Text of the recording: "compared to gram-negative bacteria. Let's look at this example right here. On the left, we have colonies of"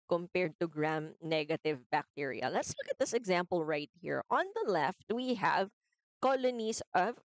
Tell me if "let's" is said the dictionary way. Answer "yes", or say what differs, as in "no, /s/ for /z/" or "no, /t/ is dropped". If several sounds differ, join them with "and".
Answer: yes